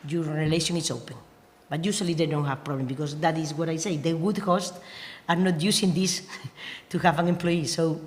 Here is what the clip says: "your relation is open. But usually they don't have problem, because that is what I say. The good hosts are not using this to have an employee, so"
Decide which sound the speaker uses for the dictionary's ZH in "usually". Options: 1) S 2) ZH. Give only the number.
1